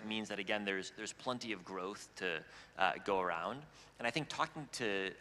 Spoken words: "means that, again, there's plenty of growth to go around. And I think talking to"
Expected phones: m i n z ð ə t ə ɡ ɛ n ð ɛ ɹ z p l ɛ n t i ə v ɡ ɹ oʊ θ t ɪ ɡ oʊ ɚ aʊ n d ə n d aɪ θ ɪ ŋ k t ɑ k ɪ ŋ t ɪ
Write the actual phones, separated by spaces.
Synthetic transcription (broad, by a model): m i n z ð ə t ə ɡ ɛ n ð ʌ ɹ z p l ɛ n t i ə v ɡ ɹ oʊ θ t ɪ ɡ oʊ ɚ aʊ n d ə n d aɪ θ ɪ ŋ k t ɑ k ɪ ŋ t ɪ